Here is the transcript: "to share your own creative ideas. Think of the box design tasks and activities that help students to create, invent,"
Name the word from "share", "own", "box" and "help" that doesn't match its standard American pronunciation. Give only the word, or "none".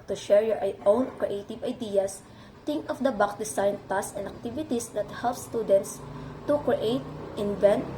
box